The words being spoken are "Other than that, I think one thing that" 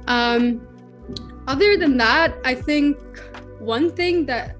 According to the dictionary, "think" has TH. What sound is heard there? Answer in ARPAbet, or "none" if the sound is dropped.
TH